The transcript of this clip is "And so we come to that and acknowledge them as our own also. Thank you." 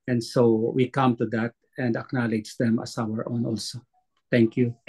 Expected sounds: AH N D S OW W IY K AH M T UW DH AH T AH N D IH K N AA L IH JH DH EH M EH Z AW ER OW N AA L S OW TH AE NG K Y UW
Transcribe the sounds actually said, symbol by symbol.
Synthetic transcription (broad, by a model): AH N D S OW W IY K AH M T UW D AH T AH N D IH K N AA L IH JH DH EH M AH S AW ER OW N AA L S OW T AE NG K Y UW